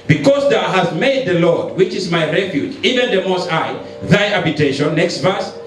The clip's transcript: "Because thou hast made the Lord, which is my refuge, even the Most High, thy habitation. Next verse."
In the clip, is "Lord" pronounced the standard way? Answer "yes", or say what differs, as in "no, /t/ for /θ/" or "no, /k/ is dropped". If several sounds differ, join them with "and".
yes